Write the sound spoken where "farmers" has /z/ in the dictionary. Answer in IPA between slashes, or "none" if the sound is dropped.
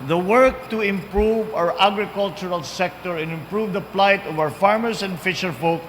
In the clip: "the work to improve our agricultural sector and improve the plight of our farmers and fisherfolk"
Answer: /s/